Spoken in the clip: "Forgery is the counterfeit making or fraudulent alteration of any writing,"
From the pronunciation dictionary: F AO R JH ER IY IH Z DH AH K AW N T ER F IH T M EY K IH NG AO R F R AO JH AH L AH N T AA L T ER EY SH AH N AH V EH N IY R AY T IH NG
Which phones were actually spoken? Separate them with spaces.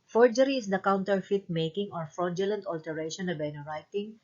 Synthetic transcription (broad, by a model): F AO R JH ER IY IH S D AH K AW N T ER F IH T M EY K IH NG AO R F R AO JH AH L AH N T AA L T ER EY SH AH N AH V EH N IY R AY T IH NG